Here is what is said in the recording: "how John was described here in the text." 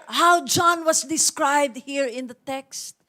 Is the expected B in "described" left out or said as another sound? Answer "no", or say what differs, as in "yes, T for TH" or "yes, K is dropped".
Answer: no